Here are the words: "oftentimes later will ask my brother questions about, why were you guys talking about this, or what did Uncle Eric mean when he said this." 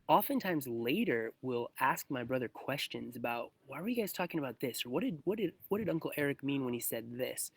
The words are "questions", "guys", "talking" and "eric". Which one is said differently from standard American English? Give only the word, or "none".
none